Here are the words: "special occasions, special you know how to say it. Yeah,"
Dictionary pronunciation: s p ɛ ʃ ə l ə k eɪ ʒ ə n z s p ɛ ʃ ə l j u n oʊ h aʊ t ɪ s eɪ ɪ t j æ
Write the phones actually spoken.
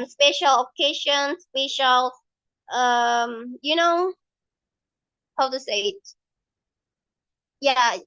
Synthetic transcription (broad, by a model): s p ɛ ʃ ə l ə k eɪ ʃ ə n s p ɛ ʃ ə l j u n oʊ h aʊ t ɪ s eɪ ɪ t j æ